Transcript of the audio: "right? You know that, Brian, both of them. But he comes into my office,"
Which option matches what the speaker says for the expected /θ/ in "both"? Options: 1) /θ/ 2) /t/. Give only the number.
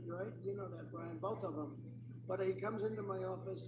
1